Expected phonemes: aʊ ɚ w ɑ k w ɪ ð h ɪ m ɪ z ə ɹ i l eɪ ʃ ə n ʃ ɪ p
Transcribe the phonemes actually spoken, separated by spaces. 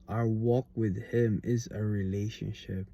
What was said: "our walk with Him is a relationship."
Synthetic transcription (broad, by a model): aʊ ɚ w ɑ k w ɪ ð h ɪ m ɪ z ə ɹ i l eɪ ʃ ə n ʃ ɪ p